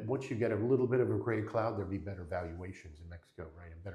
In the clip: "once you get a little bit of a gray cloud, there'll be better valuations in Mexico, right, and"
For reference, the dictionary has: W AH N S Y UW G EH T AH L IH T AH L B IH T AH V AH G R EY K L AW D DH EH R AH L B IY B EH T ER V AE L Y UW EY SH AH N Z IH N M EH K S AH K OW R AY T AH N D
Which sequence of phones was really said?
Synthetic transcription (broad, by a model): W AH N S Y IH G EH T AH L IH T L B IH T AH V AH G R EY K L AW D DH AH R B IY B EH T ER V AE L Y UW EY SH AH N Z IH N M EH K S AH K OW R AY T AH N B